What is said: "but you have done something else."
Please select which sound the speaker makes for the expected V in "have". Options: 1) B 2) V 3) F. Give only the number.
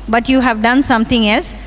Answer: 2